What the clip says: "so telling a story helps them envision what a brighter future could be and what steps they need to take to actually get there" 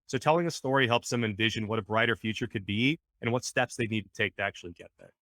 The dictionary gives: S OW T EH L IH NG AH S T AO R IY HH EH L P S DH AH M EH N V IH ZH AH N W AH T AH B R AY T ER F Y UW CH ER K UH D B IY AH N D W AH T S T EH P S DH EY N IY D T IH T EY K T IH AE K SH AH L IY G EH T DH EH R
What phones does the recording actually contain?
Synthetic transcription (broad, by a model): S OW T EH L IH NG AH S T AO R IY HH EH L P S DH AH M EH N V IH ZH AH N W AH T AH B R AY T ER F Y UW CH ER K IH D B IY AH N W AH T S T EH P S DH EY N IY D T IH T EY K T IH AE K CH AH L IY G EH T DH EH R